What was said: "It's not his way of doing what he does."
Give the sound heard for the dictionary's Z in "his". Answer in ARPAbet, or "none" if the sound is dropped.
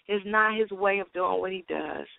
Z